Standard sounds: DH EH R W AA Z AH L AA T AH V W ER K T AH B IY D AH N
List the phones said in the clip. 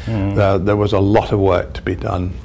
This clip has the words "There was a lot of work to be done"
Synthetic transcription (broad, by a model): DH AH R W AA Z AH L AA T AH V W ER K T AH B IY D AH N